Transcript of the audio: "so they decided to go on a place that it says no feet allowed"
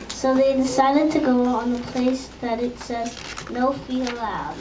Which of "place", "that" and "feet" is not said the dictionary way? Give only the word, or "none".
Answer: feet